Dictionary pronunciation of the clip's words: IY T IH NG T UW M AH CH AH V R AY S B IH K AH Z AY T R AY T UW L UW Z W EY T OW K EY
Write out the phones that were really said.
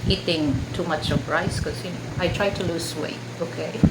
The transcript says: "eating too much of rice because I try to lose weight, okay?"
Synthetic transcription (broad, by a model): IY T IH NG T UW M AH CH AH P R AY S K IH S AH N AY T R AY T UW L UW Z W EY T OW K EY